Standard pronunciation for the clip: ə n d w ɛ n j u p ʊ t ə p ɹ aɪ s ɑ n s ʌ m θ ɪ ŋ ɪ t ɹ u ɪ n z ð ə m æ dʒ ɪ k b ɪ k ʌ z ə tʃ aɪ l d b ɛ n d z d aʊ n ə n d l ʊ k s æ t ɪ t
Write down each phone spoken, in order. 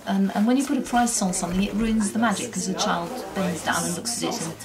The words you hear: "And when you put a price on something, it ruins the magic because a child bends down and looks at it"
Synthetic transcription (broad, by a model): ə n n w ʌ n j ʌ p ʊ t ə p ɹ aɪ s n s ʌ m θ ɪ ŋ ɪ t ɹ u ɪ n z ð ə m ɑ dʒ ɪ ɪ k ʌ z ə tʃ aɪ l d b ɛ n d z d aʊ n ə n l ʊ k s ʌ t ɪ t